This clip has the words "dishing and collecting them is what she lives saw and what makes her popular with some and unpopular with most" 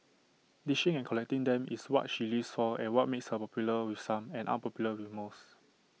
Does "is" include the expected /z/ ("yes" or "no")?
no